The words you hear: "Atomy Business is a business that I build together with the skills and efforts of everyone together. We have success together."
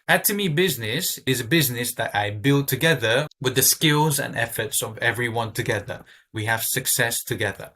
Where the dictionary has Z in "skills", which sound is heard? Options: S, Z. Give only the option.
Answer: Z